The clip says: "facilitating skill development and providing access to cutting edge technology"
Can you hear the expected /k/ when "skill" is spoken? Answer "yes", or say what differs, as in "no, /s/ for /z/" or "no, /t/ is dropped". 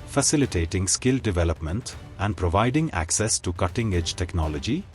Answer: yes